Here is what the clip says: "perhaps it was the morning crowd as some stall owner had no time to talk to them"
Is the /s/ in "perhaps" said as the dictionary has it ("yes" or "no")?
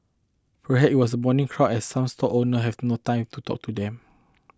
no